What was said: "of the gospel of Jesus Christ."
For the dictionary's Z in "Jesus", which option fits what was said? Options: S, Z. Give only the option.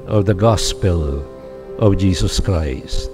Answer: Z